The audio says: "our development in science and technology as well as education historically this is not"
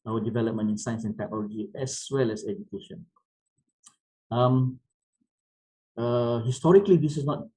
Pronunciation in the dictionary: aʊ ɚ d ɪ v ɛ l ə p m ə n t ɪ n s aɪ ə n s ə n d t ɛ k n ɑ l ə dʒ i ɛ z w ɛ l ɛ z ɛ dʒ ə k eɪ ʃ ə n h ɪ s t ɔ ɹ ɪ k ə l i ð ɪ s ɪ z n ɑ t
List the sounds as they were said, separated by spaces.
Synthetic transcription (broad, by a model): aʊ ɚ d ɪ v ɛ l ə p m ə n ɪ n s aɪ ə n s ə n t ɛ k n ɑ l ə dʒ i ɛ s w ɛ l ɛ s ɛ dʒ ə k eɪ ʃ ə n h ɪ s t ɔ ɹ ɪ k ə l i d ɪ s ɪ s n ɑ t